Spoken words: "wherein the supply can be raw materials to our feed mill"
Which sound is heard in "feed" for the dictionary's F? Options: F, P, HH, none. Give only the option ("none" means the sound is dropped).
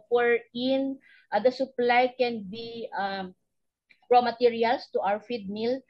F